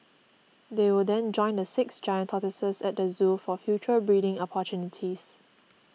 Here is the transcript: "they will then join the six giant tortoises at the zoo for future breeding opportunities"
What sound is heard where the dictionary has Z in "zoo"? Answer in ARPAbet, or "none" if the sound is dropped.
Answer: Z